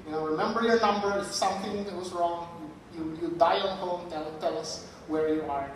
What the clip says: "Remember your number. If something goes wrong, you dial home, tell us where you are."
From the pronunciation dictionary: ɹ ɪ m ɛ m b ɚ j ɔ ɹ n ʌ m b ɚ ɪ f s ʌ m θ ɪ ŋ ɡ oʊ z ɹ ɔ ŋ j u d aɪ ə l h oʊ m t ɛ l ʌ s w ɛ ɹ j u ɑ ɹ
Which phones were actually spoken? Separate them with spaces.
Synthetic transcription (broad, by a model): ɹ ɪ m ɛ m b ɚ j ɔ ɹ n ʌ m b ɚ ɪ f s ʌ m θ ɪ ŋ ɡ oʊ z ɹ ɔ ŋ j u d aɪ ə n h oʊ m t ɛ l ʌ s w ɛ ɹ j u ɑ ɹ